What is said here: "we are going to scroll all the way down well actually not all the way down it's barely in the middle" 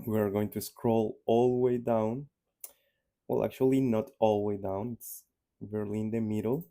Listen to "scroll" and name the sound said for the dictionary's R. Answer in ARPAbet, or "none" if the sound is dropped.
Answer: R